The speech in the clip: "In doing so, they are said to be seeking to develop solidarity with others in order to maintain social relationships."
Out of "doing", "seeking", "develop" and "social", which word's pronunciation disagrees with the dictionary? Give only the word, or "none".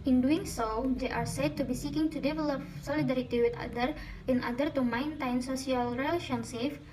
social